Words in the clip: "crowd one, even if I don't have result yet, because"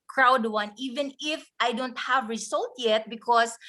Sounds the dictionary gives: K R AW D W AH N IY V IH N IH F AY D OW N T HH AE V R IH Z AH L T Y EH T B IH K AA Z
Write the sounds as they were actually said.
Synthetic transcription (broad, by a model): K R AW D W AH N IY V IH N IH F AY D OW N T HH AE V R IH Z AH L T Y EH T B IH K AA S